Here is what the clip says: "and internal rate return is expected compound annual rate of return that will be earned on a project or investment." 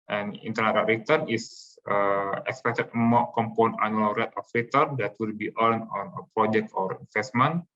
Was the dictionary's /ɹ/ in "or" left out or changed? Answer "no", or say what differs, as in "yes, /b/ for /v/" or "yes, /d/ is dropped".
no